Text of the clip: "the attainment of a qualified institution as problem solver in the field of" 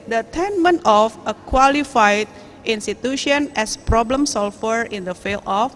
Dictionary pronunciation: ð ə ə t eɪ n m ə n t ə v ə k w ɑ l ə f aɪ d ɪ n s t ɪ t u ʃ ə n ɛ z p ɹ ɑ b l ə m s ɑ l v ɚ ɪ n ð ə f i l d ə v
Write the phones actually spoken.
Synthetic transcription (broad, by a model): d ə ə t eɪ n m ə n t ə f ə k w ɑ l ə f aɪ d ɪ n s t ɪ t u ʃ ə n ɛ s p ɹ ɑ b l ə m s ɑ l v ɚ ɪ n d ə f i l ə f